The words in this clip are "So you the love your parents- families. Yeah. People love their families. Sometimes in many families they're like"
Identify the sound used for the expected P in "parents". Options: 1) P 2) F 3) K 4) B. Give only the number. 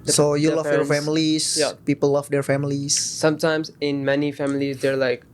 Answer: 2